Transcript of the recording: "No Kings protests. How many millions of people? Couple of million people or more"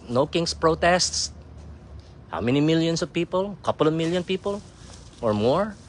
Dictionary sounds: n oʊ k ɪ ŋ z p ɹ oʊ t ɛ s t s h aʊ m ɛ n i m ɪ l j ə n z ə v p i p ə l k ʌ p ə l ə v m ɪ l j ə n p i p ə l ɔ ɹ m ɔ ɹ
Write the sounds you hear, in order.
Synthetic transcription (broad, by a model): n oʊ k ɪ ŋ s p ɹ oʊ t ɛ s t s h aʊ m ɛ n i m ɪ l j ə n s ə v p i p ə l k ʌ p ə l ə v m ɪ l j ə n p i p ə l ɔ ɹ m ɔ ɹ